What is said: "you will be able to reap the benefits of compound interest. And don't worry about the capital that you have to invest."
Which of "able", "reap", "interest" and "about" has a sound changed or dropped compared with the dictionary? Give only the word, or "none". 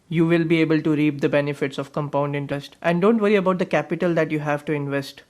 interest